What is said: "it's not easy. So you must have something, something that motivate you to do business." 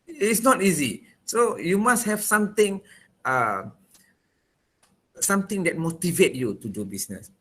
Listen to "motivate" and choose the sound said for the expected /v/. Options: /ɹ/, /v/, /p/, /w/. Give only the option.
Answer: /v/